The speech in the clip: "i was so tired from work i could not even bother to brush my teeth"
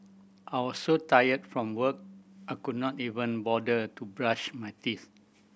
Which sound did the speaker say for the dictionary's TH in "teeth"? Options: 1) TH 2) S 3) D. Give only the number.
2